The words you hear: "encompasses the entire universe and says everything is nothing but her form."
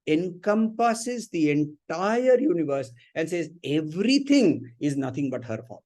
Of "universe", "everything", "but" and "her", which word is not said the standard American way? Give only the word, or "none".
everything